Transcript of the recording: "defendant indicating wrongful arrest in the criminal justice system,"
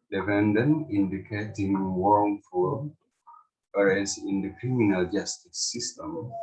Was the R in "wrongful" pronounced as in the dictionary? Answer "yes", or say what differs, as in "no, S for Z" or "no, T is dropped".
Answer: no, W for R